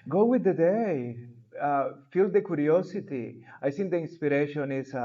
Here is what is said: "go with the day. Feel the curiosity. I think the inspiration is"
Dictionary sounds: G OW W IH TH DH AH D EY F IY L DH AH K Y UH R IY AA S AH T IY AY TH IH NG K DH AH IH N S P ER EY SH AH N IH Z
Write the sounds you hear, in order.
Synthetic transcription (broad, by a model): G OW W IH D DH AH D EY F IY L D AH K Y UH R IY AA S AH T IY AY S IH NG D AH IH N S P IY EY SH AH N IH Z